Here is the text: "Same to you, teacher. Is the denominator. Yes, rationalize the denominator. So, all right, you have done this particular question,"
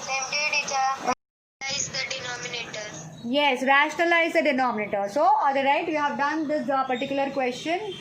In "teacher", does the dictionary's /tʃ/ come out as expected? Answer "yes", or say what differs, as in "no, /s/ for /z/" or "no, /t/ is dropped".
no, /tʃ/ is dropped